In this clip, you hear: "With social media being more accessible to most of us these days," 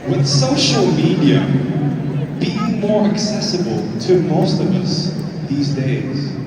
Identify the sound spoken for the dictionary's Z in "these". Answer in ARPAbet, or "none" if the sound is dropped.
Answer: Z